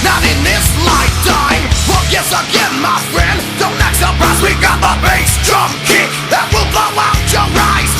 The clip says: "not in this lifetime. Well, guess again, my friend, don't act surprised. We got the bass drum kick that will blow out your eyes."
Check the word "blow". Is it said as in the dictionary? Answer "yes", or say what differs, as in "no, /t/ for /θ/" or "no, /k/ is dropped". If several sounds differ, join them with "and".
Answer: no, /l/ is dropped